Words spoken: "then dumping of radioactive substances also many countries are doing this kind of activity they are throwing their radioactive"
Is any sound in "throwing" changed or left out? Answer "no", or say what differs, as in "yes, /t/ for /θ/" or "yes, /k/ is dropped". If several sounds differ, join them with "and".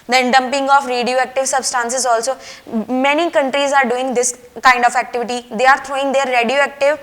yes, /t/ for /θ/